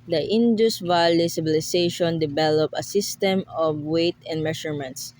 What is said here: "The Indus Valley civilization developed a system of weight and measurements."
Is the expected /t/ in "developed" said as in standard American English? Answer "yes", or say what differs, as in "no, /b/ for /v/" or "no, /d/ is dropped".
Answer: no, /t/ is dropped